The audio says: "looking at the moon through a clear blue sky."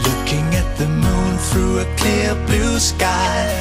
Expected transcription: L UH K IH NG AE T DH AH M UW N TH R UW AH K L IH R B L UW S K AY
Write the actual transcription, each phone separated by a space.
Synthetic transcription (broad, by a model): L UH K IH NG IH T DH AH M UW N TH R UW AH K L IH R B L UW S K AY